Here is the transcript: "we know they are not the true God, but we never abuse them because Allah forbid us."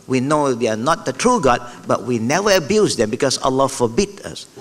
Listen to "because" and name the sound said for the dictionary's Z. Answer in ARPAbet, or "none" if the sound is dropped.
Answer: S